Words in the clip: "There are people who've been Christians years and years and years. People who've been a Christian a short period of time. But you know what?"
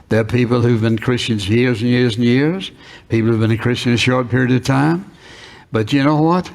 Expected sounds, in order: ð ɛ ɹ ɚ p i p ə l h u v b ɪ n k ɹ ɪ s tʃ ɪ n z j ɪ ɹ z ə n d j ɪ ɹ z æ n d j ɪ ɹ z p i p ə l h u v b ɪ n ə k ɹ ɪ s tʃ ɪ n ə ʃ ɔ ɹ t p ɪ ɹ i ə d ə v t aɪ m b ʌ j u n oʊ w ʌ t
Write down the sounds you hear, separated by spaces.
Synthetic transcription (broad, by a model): ð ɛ ɹ p i p l h u v b ɪ n k ɹ ɪ s tʃ ɪ n z j ɪ ɹ z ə n j ɪ ɹ z n j ɪ ɹ z p i p l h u v b ɪ n ə k ɹ ɪ s tʃ ɪ n ə ʃ ɔ ɹ t p ɪ ɹ i ə d ə v t aɪ m b ʌ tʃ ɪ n oʊ w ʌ t